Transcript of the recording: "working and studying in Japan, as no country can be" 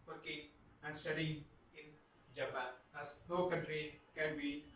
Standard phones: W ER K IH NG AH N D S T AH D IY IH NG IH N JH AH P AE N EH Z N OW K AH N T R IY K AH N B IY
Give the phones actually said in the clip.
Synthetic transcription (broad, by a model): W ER K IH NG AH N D S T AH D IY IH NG IH N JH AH B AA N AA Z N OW K AH N T R IY K AH N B IY